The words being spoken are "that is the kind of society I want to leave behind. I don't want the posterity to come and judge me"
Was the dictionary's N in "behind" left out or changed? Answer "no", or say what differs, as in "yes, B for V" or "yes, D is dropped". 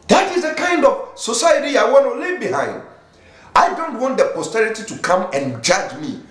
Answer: no